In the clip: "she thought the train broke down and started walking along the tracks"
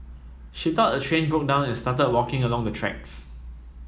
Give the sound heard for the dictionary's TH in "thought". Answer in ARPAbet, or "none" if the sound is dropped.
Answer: T